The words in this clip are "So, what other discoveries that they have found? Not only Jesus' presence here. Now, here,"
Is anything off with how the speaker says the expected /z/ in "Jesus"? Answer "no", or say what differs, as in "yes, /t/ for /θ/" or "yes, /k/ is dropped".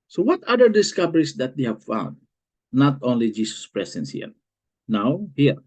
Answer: yes, /s/ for /z/